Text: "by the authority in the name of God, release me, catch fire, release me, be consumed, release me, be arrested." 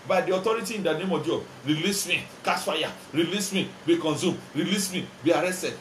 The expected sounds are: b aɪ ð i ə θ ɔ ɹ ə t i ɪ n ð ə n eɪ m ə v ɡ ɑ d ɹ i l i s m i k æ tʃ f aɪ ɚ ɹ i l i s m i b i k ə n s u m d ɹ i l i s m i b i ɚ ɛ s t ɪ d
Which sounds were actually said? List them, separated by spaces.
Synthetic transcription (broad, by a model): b aɪ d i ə t ɔ ɹ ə t i ɪ n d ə n eɪ m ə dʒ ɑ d ɹ i l i s m i k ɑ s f aɪ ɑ ɹ i l i s m i b i k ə n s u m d ɹ i l i s m i b i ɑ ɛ s t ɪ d